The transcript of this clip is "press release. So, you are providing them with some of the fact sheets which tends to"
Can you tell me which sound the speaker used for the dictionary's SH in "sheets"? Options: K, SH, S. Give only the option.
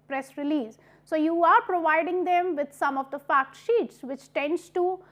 SH